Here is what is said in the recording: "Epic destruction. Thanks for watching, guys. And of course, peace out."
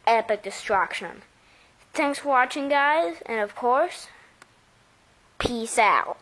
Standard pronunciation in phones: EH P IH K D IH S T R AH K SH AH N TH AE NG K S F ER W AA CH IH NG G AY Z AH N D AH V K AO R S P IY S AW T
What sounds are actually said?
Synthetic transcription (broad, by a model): EH P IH K D IH S T R AH K SH AH N TH AE NG K S F ER W AA CH IH NG G AY Z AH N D AH V K AO R S P IY S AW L